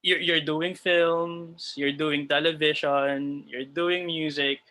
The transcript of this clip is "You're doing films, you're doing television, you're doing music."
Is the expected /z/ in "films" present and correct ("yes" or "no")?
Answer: no